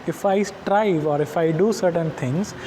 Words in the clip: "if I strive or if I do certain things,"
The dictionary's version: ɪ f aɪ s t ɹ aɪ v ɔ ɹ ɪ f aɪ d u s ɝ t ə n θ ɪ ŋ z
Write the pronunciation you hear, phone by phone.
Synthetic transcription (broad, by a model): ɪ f aɪ s t ɹ aɪ v ɔ ɹ ɪ f aɪ d u s ɝ t ə n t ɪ ŋ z